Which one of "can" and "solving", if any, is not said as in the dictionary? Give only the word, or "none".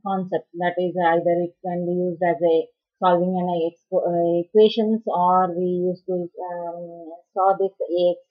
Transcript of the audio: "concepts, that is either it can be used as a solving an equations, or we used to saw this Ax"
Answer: none